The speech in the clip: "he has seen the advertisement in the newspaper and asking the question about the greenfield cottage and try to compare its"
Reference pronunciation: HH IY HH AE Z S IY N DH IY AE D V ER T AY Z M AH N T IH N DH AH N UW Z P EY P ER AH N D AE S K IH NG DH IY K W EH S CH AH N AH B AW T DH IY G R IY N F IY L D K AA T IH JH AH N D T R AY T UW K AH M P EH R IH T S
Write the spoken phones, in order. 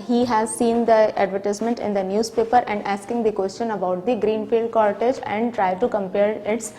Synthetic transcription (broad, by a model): HH IY HH AE Z S IY N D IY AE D V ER T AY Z M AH N T IH N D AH N UW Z P EY P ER AH N D AE S K IH NG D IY K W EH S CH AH N AH B AW T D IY G R IY N F IY L D K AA T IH JH AH N D T R AY T UW K AH M P EH R IH T S